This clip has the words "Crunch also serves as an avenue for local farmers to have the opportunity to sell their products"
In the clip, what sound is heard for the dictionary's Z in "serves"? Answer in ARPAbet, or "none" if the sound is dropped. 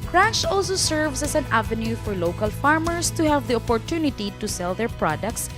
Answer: S